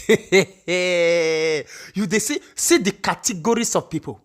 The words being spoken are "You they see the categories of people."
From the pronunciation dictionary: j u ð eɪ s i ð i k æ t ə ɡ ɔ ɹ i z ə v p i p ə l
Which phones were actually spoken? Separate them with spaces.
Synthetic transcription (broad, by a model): j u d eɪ s i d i k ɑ t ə ɡ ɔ ɹ i s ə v p i p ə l